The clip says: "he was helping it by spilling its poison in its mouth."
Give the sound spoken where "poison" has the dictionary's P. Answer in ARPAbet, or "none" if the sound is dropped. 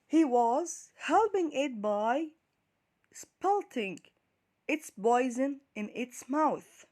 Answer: B